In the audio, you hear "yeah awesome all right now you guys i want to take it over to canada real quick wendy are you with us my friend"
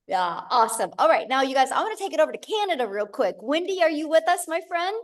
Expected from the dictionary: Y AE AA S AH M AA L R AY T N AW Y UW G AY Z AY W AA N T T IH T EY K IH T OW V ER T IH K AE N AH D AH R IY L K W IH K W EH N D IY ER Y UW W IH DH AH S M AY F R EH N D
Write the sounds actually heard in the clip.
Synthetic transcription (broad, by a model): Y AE AA S AH M AA L R AY T N AW Y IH G AY Z AY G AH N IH T EY K IH T OW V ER T IH K AE N AH D AH R IY L K W IH K W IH N D IY ER Y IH W IH DH AH S M AY F R EH N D